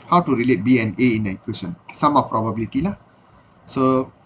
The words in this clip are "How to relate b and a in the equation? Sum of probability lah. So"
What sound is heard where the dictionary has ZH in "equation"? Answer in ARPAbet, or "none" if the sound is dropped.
S